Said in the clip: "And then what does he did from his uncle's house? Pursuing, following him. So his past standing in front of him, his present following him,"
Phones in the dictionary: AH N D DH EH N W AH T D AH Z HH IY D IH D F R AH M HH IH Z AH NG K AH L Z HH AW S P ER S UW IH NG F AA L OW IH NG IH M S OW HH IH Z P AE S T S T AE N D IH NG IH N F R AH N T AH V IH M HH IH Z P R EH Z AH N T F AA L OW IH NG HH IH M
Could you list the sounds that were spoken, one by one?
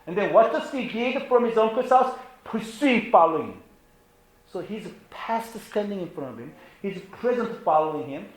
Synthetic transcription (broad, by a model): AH N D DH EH N W AH T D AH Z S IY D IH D F R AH M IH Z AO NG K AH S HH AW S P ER S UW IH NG F AA L OW IH NG IH M S OW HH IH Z P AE S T S T AE N D IH NG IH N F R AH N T AH V IH M HH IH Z P R EH Z AH N T F AA L OW IH NG HH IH M